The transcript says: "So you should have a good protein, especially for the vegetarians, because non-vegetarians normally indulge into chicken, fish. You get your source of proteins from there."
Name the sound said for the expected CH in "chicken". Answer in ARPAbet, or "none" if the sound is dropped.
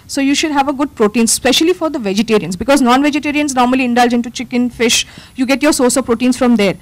CH